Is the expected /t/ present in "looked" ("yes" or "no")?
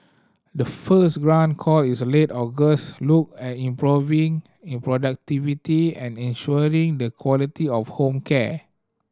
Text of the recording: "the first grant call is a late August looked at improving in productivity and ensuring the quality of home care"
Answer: no